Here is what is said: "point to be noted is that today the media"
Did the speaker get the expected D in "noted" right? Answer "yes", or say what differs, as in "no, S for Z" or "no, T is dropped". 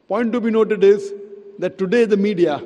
yes